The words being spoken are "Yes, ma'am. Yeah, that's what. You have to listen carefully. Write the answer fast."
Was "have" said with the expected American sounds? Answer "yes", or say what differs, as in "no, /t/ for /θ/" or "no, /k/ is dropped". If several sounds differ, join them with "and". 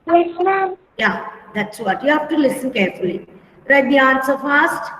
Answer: no, /f/ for /v/